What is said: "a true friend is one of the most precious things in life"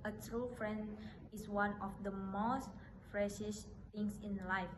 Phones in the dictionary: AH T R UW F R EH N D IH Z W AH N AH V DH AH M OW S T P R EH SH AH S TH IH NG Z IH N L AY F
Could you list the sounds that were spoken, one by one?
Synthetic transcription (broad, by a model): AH T R UW F R EH N D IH S W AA N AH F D AH M OW S T F R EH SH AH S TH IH NG S IH N L AY F